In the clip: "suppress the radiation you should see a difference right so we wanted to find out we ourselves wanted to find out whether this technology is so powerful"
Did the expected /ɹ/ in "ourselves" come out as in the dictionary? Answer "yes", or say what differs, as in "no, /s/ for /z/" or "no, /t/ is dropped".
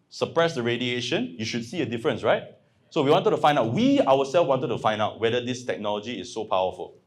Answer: no, /w/ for /ɹ/